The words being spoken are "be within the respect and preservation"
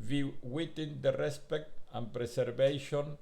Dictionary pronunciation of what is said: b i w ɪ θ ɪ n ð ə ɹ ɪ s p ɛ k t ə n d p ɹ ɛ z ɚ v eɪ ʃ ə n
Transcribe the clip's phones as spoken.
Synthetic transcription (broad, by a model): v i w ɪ t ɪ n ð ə ɹ ɪ s p ɛ k t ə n p ɹ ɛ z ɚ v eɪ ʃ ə n